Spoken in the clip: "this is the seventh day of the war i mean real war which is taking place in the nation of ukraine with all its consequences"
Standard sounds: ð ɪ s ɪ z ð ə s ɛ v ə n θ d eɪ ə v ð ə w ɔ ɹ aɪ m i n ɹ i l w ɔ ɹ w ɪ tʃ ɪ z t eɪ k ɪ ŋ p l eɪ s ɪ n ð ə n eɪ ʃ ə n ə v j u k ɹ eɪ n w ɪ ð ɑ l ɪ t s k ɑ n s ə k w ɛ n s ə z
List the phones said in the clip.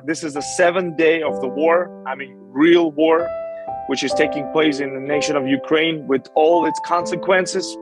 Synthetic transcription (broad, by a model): ð ɪ s ɪ z ð ə s ɛ v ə n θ d eɪ ə v ð ə w ɔ ɹ aɪ m i n ɹ i l w ɔ ɹ w ɪ tʃ ɪ z t eɪ k ɪ ŋ p l eɪ s ɪ n ð ə n eɪ ʃ ə n ə v j u k ɹ eɪ n w ɪ ð ɑ l ɪ t s k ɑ n s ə k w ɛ n s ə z